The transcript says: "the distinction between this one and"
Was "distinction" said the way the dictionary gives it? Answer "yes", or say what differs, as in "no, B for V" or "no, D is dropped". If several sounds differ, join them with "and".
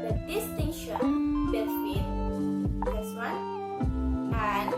no, K is dropped